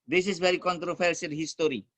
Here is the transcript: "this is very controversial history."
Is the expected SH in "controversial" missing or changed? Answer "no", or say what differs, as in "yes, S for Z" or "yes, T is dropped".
yes, S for SH